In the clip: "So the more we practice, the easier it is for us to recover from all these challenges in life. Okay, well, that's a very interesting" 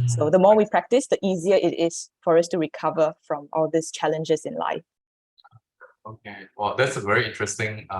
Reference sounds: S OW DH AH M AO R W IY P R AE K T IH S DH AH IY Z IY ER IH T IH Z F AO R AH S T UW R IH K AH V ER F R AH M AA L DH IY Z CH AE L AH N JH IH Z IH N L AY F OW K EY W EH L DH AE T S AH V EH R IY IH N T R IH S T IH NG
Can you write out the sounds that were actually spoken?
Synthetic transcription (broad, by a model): S OW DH AH M AO W IY P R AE K T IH S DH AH IY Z IY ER IH T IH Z F AO R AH S T UW R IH K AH V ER F R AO M AA L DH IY S CH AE L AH N JH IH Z IH N L AY F OW K EY W EH L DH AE T S AH V EH R IY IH N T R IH S T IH NG